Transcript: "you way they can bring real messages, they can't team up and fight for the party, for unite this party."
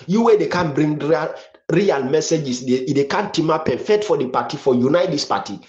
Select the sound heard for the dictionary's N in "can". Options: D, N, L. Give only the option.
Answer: N